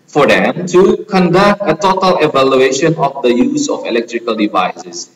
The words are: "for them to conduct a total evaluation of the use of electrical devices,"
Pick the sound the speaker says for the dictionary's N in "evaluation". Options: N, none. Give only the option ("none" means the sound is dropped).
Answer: N